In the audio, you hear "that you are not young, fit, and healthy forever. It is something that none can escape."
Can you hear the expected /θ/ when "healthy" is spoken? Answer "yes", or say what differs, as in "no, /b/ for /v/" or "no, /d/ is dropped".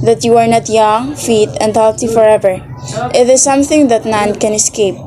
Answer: no, /t/ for /θ/